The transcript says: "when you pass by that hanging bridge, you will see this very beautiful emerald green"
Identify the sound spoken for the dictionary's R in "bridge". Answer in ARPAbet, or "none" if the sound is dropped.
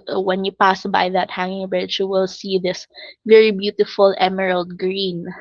none